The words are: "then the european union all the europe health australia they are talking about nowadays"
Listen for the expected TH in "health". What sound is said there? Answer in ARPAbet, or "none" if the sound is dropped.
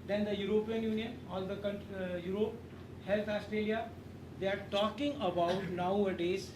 T